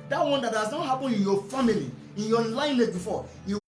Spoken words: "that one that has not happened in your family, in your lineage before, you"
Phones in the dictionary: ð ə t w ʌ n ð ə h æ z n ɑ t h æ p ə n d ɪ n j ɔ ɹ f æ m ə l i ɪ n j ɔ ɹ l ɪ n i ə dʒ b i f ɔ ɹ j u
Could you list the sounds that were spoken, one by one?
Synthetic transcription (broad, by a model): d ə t w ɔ n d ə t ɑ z n ɑ t h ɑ p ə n ɪ n j ɔ f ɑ m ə l i ɪ n j ɔ l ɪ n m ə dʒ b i f ɔ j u